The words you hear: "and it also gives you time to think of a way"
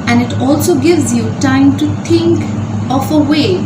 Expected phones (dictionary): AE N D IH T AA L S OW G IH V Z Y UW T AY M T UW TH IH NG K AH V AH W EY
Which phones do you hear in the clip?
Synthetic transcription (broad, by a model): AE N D IH T AA L S OW G IH V Z Y UW T AY M T UW T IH NG K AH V AH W EY